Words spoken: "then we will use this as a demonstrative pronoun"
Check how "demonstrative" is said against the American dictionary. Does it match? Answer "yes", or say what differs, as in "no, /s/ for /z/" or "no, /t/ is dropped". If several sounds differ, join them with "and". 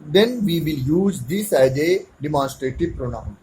yes